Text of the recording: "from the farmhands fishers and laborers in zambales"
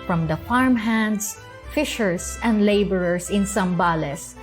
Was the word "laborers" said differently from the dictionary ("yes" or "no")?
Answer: yes